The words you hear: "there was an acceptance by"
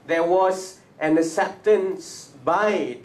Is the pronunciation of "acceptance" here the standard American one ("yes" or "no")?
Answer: no